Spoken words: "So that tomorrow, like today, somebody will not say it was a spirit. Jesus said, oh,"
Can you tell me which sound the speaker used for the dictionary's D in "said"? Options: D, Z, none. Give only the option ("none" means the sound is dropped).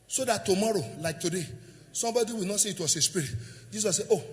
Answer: none